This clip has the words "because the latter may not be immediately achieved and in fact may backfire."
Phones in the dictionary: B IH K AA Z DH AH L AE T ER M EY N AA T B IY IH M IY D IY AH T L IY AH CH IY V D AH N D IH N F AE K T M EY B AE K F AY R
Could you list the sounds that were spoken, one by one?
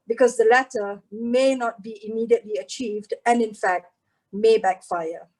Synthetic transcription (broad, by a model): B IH K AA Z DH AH L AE T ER M EY N AA T B IY IH M IY D IY AH T L IY AH CH IY V D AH N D IH N F AE K T M EY B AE K F AY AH